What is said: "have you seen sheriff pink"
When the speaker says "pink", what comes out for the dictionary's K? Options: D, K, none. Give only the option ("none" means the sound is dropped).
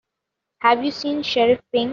none